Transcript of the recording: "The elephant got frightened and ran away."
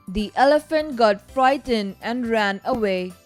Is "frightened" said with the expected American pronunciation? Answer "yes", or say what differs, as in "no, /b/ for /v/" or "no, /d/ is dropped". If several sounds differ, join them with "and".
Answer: no, /d/ is dropped